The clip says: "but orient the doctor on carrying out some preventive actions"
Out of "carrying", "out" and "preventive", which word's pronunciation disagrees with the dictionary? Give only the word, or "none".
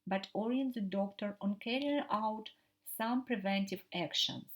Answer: none